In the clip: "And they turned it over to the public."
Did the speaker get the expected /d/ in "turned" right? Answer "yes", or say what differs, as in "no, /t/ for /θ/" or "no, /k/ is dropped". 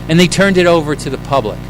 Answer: yes